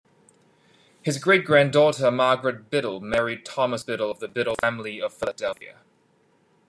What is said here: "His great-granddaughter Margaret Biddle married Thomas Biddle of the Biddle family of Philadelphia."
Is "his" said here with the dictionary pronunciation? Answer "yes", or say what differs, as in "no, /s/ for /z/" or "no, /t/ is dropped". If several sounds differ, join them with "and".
yes